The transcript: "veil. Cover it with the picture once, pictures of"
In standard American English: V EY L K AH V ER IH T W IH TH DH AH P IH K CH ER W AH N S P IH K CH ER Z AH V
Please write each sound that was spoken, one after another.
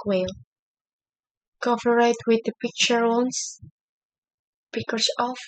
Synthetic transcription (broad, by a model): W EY L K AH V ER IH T W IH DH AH P IH K CH ER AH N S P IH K ER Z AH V